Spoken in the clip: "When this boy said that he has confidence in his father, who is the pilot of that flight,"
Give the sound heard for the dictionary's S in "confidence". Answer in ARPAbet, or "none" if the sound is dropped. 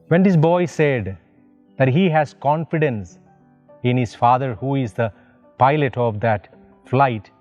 S